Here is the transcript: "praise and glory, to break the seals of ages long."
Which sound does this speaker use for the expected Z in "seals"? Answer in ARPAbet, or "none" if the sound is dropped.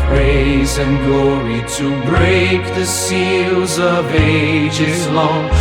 Z